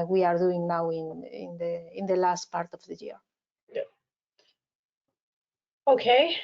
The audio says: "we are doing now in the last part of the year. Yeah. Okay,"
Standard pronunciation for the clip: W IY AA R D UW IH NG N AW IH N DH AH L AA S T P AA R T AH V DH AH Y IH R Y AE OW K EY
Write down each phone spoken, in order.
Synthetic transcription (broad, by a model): W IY AA R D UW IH NG N AW IH N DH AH L AA S T P AA R T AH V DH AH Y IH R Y OW K EY